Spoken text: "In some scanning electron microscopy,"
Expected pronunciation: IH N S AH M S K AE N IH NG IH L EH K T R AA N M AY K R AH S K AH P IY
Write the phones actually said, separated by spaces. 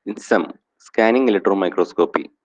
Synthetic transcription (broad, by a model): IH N S AH M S K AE N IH NG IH L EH T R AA M AY K R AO S K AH P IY